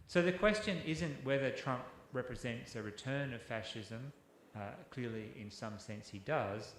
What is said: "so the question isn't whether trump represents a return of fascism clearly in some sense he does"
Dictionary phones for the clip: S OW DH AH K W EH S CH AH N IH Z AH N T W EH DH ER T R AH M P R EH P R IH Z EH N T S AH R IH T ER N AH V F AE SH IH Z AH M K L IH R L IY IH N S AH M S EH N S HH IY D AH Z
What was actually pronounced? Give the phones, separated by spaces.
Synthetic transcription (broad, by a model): S OW DH AH K W EH S CH AH N IH Z AH N T W EH DH ER T R AH M P R EH P R IH Z EH N T S AH R IH T ER N AH V F AE SH IH Z AH M K L IH R L IY IH N S AH M S EH N S HH IY D AH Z